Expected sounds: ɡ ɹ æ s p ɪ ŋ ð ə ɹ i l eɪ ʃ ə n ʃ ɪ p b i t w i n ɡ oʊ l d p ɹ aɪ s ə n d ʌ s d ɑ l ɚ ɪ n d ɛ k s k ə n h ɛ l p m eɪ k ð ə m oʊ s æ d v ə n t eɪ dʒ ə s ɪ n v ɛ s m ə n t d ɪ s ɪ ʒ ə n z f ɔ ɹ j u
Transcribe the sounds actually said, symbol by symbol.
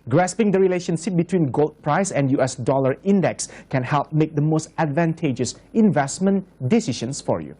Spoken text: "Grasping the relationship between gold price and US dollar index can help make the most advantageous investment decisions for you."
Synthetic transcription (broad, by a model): ɡ ɹ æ s p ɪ ŋ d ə ɹ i l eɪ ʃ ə n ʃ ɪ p b i t w i n ɡ oʊ l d p ɹ aɪ s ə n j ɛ s d ɑ l ɚ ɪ n d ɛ k s k ə n h ɛ l p m eɪ k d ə m oʊ s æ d v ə n t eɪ dʒ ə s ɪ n v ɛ s m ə n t d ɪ s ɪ ʃ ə n s f ɔ ɹ j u